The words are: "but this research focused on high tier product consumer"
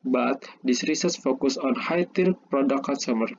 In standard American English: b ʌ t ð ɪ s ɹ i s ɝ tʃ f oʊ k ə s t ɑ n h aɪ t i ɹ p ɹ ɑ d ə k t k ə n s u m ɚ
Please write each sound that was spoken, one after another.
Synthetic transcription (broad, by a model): b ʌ t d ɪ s ɹ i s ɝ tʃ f oʊ k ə s ɑ n h aɪ t i ɹ p ɹ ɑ d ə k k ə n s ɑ m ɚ